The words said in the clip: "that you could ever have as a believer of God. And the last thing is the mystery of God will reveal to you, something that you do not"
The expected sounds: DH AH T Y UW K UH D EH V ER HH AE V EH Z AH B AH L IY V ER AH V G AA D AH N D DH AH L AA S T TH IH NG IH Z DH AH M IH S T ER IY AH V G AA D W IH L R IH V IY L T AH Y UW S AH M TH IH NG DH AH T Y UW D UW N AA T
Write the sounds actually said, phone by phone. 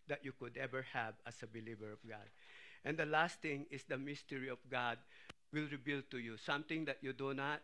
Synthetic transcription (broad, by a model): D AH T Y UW K UH D EH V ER HH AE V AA S AH B AH L IY V ER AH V G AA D AH N D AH L AA S T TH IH NG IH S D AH M IH S T ER IY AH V G AA D W IH L R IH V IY L T AH Y UW S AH M T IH NG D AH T Y UW D UW N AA T